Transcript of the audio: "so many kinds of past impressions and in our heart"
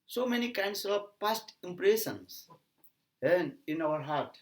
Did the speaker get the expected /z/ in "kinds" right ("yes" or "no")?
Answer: no